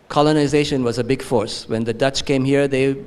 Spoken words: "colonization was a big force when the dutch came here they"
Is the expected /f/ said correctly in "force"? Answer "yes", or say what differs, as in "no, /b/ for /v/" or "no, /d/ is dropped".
yes